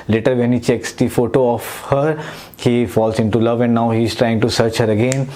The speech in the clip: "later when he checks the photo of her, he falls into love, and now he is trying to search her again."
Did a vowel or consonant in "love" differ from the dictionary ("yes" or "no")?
no